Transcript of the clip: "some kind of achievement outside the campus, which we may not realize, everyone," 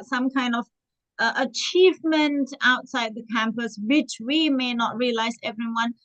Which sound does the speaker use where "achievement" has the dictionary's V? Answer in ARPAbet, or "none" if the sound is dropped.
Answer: V